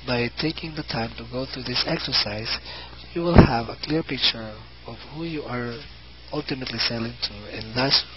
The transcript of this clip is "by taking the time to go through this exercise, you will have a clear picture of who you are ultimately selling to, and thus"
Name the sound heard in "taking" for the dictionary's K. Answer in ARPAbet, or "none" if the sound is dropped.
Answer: K